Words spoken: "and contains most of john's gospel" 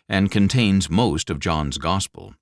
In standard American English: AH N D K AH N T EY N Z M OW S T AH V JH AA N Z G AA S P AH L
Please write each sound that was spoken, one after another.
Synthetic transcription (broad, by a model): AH N K AH N T EY N Z M OW S T AH V JH AA N Z G AA S P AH L